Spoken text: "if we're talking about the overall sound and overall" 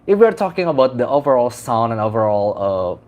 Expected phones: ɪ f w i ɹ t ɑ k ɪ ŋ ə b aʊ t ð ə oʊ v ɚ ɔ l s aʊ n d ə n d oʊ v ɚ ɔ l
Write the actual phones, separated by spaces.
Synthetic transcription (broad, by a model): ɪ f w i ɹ t ɑ k ɪ ŋ ə b aʊ t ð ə oʊ v ɚ ɔ l s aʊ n ə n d oʊ v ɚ ɔ l